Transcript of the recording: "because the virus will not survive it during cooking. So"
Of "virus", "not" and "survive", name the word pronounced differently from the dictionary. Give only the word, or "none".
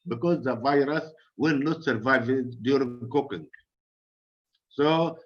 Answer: none